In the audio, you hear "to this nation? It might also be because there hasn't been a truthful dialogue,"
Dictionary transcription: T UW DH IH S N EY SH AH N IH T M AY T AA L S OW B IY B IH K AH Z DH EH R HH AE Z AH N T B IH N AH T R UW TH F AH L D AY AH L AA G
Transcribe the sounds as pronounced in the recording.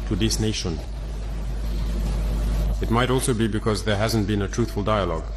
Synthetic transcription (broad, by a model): T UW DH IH S N EY SH AH N IH T M AY T AA L S OW B IY B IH K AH Z DH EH R HH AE Z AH N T B IH N AH T R UW TH F AH L D AY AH L AA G